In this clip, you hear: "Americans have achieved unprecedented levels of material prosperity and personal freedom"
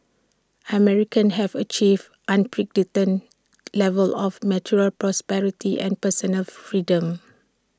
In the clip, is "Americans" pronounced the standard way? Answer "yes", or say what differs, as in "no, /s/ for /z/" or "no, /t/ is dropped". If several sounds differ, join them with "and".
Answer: no, /z/ is dropped